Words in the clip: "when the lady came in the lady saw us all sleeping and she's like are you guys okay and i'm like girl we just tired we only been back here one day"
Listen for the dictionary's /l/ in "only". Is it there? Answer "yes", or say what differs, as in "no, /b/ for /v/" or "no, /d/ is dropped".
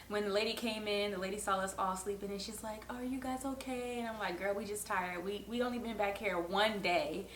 no, /l/ is dropped